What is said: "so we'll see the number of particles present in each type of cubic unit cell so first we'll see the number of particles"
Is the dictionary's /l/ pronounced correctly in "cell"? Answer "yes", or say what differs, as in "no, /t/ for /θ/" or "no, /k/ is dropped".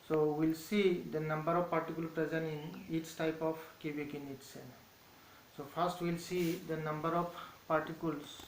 no, /n/ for /l/